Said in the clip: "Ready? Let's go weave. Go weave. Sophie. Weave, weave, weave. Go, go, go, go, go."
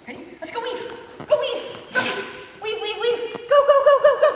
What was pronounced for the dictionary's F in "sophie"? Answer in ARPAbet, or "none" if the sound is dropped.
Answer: none